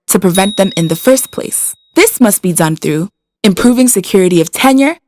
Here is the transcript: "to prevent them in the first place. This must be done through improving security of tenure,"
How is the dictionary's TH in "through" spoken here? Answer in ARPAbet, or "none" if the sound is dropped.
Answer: TH